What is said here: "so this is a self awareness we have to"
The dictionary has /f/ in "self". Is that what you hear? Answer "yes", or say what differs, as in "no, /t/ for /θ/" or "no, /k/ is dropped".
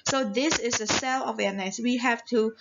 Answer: no, /f/ is dropped